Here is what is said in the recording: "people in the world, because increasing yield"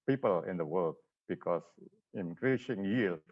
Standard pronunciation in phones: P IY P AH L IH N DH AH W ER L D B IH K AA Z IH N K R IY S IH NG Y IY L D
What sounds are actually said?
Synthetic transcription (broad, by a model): P IY P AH L IH N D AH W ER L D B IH K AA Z IH N K R IY S IH NG Y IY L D